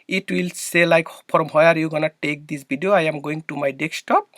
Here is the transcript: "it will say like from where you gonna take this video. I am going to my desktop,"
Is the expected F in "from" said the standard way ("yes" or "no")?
no